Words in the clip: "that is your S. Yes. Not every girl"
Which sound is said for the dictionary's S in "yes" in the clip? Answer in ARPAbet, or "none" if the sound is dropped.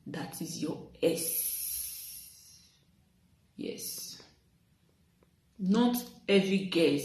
S